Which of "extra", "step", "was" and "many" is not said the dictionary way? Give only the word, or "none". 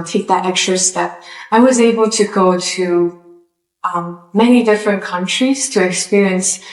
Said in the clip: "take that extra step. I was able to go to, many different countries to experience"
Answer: none